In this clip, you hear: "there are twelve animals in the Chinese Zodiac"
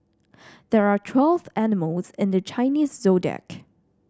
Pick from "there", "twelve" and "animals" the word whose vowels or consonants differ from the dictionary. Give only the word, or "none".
none